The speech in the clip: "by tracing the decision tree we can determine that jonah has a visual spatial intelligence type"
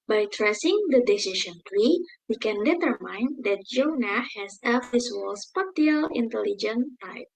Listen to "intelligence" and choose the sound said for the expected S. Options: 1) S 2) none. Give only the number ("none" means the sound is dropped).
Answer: 2